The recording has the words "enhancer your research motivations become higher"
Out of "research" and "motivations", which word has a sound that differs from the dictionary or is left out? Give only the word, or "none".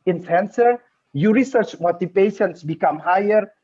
motivations